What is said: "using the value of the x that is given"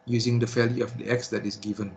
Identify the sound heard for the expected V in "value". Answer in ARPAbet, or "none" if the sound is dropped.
F